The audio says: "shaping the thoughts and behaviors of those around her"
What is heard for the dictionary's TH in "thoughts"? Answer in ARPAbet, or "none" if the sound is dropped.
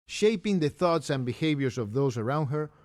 TH